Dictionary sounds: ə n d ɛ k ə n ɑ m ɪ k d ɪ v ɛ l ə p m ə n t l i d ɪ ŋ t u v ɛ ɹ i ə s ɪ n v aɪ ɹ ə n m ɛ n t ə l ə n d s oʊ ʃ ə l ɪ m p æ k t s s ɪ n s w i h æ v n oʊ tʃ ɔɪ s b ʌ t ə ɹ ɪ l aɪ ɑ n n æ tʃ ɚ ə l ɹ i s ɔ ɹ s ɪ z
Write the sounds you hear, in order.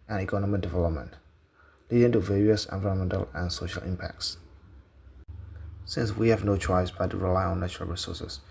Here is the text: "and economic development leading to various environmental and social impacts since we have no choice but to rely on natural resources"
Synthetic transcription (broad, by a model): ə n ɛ k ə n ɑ m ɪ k d ɪ v ɛ l ə p m ə n t l i d ɪ ŋ t u v ɛ ɹ i ə s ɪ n v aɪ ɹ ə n m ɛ n t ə l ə n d s oʊ ʃ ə l ɪ m p æ k t s s ɪ n s w i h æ v n oʊ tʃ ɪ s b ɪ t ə ɹ ɪ l aɪ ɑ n n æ tʃ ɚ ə l ɹ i s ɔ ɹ s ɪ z